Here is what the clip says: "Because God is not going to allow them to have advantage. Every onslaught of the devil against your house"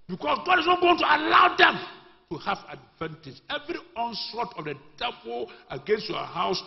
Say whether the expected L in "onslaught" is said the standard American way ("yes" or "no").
no